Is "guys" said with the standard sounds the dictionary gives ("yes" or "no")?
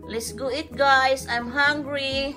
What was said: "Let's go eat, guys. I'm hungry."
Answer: no